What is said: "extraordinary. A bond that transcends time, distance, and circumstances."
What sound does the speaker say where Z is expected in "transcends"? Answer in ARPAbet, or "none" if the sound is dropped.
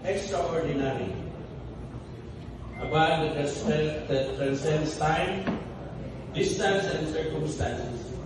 S